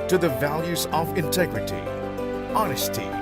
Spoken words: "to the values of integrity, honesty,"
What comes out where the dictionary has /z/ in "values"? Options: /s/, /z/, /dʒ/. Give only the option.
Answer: /z/